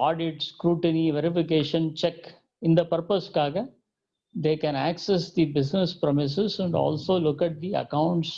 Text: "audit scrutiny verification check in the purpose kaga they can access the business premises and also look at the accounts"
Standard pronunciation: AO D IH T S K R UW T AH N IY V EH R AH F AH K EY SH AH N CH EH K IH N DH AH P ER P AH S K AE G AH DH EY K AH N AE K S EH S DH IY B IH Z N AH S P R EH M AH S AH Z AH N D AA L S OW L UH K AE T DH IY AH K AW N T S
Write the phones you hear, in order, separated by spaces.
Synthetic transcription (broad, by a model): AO D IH T S K R UW T AH N IY V EH R AH F AH K EY SH AH N CH EH K IH N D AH P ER P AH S K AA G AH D EY K AH N AE K S EH S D IY B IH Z N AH S P R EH M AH S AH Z AH N D AA L S OW L UH K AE T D IY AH K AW N T S